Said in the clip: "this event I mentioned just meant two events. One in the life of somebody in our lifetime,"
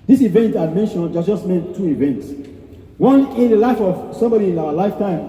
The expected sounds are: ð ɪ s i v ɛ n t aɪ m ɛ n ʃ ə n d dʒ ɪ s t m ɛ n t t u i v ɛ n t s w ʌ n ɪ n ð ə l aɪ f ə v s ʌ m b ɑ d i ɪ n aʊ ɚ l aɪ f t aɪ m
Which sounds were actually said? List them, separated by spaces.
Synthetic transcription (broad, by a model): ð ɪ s i v ɛ n t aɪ m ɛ n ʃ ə n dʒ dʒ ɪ s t m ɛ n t t u i v ɛ n t s w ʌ n ɪ n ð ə l aɪ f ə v s ʌ m b ɑ d i ɪ n aʊ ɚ l aɪ f t aɪ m